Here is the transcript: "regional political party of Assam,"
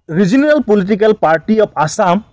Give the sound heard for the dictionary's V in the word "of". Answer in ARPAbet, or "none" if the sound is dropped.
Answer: P